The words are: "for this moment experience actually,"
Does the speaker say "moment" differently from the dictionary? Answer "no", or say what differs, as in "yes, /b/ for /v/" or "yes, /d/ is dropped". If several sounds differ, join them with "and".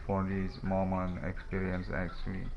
yes, /t/ is dropped